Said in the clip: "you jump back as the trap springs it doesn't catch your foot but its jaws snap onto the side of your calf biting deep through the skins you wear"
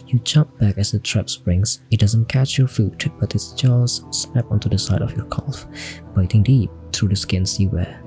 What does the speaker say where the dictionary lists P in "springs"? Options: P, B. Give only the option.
B